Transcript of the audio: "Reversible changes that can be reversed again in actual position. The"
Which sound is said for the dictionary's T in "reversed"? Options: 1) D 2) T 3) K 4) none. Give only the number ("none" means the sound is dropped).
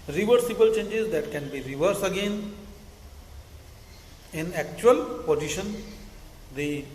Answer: 4